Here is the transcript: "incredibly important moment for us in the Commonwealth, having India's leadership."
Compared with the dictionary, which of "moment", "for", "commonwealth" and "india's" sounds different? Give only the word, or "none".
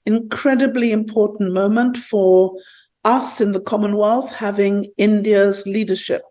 none